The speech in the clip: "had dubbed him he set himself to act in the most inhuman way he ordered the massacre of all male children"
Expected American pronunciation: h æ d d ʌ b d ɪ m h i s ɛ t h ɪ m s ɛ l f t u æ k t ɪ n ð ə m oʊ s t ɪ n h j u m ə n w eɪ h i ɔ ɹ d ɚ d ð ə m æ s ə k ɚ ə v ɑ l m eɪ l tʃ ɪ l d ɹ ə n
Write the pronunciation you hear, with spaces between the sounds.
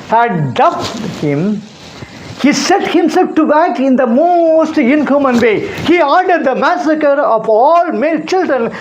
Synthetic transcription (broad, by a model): h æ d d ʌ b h ɪ m h i s ɛ t h ɪ m s ɛ l f t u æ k ɪ n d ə m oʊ s t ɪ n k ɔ m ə n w eɪ h i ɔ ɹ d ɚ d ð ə m æ s ə k ɚ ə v ɑ l m eɪ l tʃ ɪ l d ɹ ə n